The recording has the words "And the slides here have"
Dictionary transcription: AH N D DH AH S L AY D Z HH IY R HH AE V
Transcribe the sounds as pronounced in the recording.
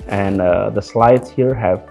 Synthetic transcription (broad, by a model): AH N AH DH AH S L AY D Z HH IY R HH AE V